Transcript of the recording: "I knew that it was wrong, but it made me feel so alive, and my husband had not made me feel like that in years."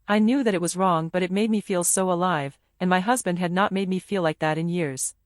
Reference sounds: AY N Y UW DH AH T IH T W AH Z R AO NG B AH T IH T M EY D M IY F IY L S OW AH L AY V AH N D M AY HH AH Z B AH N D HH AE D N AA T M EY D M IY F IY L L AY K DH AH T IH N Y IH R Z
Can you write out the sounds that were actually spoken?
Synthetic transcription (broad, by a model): AY N Y UW DH AH T IH T W AH Z R AO NG B AH T IH T M EY D M IY F IY L S OW AH L AY V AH N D M AY HH AH Z B AH N D HH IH D N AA T M EY D M IY F IY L L AY K DH AH T IH N Y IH R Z